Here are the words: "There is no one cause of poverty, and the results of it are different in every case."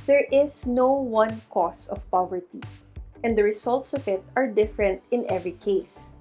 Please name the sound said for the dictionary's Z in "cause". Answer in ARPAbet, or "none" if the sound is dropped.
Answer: S